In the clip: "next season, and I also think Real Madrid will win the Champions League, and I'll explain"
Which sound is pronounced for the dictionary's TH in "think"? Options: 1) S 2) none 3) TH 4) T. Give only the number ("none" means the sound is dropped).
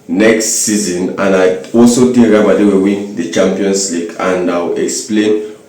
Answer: 4